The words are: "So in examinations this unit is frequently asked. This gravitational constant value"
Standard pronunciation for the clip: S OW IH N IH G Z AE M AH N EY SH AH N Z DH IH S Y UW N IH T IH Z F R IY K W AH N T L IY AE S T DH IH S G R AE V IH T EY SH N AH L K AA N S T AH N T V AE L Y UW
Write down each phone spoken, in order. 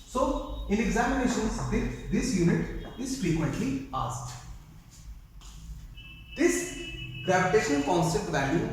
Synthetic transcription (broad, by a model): S OW IH N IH G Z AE M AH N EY SH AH N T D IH S Y UW N IH T IH Z F R IY K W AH N T L IY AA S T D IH S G R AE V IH T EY SH AH N K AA N S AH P T V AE L Y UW